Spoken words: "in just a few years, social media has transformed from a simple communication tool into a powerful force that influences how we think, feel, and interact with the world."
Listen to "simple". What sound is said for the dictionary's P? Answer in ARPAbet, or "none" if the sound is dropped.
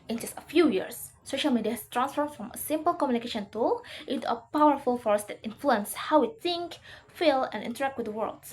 P